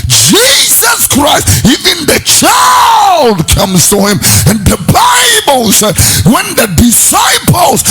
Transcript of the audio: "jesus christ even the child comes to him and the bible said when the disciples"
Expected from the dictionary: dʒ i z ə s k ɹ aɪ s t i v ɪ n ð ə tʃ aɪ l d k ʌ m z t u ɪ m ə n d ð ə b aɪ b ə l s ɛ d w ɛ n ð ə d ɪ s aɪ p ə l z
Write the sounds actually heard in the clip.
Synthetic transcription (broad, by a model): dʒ i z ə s k ɹ aɪ s t i v ɪ n ð ə tʃ aɪ l d k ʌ m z t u ɪ m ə n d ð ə b aɪ b ə l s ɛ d w ɛ n ð ə d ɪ s aɪ p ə l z